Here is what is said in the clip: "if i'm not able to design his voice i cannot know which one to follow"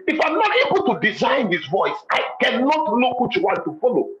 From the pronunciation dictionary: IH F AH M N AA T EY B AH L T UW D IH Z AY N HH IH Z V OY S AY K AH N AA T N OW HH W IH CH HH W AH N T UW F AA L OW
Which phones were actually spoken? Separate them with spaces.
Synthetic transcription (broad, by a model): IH F AH M N AA T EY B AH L T UW D IH Z AY N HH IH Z V OY S AY K AH N AA T L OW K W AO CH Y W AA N T UW F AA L OW